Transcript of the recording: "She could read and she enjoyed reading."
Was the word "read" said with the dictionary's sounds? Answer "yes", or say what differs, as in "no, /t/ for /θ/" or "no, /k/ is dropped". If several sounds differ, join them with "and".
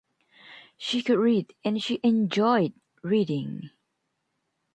yes